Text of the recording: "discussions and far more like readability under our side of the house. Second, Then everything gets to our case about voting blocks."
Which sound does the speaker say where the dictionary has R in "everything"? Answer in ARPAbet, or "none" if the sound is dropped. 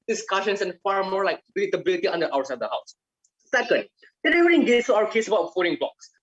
none